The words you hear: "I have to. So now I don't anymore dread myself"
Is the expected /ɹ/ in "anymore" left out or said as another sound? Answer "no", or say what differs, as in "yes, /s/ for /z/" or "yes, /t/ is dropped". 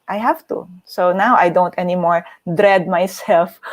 no